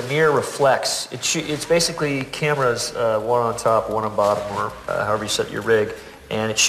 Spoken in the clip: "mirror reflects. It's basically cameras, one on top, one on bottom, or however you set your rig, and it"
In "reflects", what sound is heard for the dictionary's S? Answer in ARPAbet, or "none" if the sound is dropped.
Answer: SH